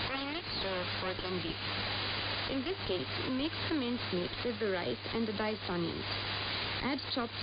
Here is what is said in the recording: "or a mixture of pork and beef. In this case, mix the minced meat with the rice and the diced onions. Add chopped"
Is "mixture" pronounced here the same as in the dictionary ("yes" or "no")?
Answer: no